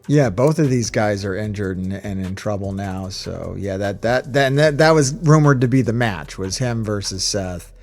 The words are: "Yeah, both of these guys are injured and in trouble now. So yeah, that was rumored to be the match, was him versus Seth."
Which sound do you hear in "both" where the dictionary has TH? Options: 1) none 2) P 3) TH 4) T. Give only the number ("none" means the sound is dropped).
3